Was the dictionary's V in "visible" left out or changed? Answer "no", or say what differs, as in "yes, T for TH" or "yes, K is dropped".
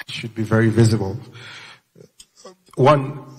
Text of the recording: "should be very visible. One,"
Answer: no